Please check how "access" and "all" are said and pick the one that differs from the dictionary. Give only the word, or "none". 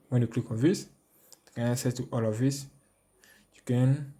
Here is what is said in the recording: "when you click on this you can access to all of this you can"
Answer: access